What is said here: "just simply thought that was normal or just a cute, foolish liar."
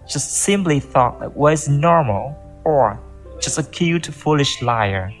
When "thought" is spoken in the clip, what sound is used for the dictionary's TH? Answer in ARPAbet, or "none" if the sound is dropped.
TH